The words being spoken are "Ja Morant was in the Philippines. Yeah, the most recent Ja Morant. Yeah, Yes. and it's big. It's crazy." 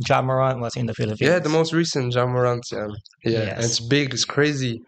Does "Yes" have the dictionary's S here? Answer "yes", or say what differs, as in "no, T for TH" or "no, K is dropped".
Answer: no, S is dropped